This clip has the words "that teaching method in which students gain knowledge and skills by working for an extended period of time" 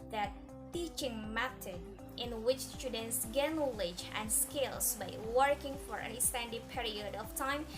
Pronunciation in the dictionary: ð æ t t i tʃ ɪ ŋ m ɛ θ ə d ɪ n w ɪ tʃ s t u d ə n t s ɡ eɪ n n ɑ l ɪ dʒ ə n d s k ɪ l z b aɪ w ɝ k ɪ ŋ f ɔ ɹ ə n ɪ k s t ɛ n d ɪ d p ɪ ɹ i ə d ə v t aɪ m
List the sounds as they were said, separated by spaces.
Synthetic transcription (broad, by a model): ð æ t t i tʃ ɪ ŋ m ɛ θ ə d ɪ n w ɪ tʃ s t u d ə n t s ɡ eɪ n n ɑ l ɪ dʒ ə n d s k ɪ l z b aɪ w ɝ k ɪ ŋ f ɔ ɹ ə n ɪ s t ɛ n d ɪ p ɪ ɹ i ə d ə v t aɪ m